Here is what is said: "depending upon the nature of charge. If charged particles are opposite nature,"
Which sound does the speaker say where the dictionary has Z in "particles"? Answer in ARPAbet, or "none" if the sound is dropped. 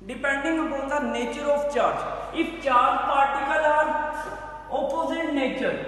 none